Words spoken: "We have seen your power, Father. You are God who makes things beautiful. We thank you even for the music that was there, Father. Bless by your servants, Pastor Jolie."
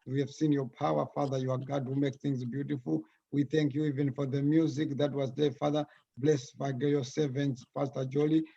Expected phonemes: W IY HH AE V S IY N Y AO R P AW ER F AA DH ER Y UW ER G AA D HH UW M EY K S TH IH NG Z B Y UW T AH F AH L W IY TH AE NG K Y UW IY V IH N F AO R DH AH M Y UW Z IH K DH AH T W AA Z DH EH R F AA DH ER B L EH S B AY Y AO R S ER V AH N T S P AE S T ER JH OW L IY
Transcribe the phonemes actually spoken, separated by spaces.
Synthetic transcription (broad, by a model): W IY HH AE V S IY N Y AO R P AW ER F AA DH ER Y UW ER G AA D HH UW M EY K TH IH NG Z B Y UW T AH F AH L W IY TH AE NG K Y UW IY V IH N F AO R DH AH M Y UW Z IH K DH AH T W AA Z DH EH F AA DH ER B L EH S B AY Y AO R S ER V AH N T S F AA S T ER JH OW L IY